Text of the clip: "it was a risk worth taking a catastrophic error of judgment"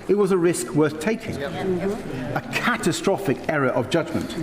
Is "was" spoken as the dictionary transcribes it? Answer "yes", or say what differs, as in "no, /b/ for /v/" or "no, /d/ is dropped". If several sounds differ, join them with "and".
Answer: yes